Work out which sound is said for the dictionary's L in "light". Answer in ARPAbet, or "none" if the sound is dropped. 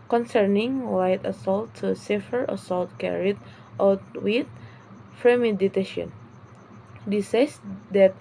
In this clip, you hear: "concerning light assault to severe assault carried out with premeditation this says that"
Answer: W